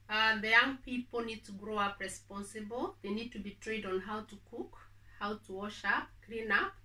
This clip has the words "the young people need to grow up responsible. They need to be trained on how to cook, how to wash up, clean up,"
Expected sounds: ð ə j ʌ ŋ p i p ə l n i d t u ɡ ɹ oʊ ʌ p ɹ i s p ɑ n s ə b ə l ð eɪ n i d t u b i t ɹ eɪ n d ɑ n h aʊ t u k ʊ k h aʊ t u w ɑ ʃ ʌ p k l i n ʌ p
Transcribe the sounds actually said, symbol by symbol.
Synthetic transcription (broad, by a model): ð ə j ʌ ŋ p i p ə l n i d t u ɡ ɹ oʊ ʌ p ɹ i s p ɑ n s ə b ə l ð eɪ n i d t u b i t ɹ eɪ d ɑ n h aʊ t u k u k h aʊ t u w ɑ ʃ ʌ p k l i n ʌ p